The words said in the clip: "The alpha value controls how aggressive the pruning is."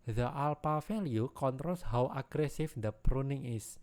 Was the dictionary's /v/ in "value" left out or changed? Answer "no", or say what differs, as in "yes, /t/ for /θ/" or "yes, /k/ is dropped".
yes, /f/ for /v/